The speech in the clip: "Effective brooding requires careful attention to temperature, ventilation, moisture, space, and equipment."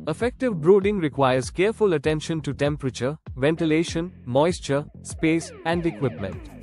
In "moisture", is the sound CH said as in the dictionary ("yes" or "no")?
yes